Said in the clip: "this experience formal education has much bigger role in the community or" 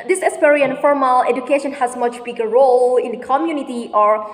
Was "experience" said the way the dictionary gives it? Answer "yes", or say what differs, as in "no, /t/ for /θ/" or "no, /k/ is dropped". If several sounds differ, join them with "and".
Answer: no, /k/ is dropped and /s/ is dropped